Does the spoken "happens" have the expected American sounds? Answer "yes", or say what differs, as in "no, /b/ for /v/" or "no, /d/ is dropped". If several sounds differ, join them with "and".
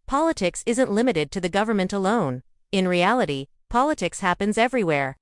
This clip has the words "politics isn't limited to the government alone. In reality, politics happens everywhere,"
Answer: yes